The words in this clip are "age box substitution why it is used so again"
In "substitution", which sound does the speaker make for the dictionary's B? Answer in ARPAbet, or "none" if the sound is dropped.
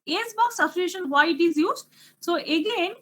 none